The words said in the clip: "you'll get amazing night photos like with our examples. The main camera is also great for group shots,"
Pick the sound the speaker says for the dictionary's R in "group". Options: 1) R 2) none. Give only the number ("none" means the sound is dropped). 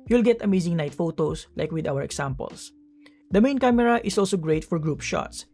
1